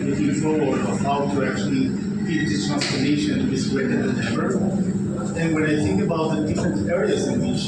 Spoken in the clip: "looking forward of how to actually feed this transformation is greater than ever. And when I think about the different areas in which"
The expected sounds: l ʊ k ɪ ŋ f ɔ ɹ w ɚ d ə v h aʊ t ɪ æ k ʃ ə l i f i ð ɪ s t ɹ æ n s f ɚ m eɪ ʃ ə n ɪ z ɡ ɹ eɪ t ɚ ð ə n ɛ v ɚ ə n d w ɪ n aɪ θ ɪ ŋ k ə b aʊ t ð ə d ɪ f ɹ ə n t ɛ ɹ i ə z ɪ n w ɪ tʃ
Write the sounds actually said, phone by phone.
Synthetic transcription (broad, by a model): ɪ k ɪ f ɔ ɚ ə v h aʊ t ɪ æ k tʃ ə l i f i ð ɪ t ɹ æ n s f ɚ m eɪ ʃ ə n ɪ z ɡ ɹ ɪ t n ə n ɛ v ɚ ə n w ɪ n aɪ θ ɪ ŋ k ə b aʊ t ð ə d ɪ f ɹ ə n t ɛ ɹ i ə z ɪ n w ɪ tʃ